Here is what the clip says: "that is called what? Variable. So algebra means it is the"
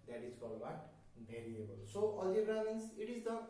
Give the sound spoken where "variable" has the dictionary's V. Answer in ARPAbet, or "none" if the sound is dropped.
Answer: B